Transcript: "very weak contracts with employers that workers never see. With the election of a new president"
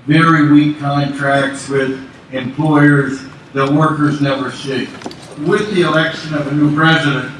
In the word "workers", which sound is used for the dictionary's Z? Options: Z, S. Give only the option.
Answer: Z